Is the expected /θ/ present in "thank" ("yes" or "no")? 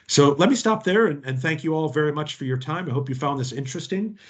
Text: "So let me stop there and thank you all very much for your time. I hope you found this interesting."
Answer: yes